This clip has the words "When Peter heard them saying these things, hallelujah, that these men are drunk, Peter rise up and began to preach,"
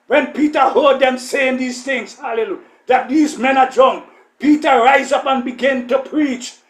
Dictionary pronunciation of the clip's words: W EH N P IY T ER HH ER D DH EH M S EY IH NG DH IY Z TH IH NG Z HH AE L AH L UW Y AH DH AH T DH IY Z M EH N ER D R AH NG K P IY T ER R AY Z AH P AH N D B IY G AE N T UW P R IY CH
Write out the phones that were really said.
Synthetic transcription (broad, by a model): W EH N P IY T ER HH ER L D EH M S EY IH NG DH IY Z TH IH NG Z HH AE L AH L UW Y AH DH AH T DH IY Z M EH N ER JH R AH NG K P IY T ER R AY Z AH P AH N B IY G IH N T UW P R IY CH